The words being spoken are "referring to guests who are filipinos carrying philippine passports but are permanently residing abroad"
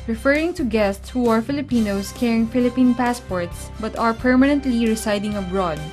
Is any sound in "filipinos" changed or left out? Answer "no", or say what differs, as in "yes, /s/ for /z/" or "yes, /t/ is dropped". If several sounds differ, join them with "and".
yes, /s/ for /z/